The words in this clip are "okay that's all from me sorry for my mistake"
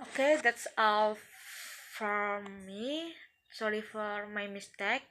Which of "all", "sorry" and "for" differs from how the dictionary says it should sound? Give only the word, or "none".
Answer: none